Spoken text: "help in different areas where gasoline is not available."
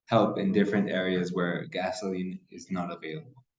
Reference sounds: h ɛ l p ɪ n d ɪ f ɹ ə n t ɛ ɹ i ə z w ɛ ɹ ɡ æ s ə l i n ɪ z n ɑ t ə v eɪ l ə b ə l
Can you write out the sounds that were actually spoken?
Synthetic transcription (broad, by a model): h ɛ l p ɪ n d ɪ f ɹ ə n t ɛ ɹ i ə z w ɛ ɹ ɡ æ s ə l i n ɪ z n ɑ t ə v eɪ l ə b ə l